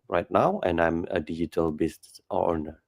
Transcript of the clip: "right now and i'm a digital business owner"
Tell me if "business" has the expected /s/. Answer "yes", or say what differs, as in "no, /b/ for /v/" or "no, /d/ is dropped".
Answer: no, /s/ is dropped